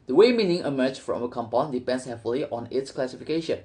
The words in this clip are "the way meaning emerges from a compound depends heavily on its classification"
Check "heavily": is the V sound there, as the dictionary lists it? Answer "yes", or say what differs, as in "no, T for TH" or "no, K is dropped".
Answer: no, F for V